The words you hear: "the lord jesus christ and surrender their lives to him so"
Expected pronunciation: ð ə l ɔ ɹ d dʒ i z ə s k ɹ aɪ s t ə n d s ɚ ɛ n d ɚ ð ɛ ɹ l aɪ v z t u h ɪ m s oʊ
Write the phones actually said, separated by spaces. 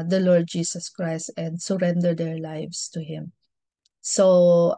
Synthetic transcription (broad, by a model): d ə l ɔ ɹ d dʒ i s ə s k ɹ aɪ s t ə n d s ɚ ɛ n d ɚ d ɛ ɹ l aɪ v s t u h ɪ m s oʊ